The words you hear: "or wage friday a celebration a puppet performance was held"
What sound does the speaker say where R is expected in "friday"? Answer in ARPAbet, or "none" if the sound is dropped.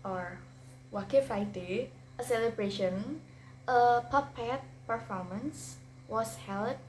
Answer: none